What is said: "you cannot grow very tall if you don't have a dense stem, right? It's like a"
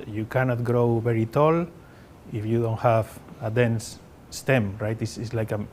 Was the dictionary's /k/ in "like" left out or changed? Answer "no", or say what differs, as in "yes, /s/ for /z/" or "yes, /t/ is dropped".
no